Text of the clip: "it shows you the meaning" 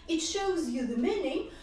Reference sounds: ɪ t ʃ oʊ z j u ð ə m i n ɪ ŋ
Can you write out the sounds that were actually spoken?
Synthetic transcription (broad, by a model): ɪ t ʃ oʊ z j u ð ə m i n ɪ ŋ